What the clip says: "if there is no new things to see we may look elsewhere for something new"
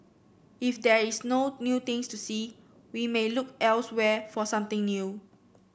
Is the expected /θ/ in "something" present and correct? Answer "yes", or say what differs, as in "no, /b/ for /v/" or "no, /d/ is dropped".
no, /t/ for /θ/